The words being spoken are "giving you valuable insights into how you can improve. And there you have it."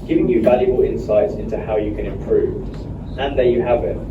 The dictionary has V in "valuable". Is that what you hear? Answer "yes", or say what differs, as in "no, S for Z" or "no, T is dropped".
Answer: yes